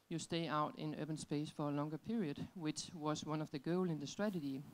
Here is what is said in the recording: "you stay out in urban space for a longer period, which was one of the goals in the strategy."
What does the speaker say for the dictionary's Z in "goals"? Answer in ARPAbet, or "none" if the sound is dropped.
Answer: none